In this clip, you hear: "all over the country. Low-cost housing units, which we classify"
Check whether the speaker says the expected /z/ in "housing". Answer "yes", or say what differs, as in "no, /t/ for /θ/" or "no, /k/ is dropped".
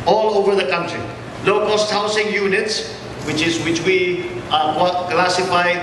no, /s/ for /z/